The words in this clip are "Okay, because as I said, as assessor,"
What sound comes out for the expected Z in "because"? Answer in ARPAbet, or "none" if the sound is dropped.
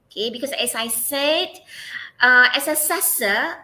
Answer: S